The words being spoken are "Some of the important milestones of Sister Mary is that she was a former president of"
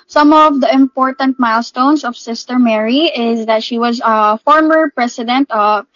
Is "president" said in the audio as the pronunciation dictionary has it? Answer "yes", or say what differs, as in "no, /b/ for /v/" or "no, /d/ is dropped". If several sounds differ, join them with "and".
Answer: no, /s/ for /z/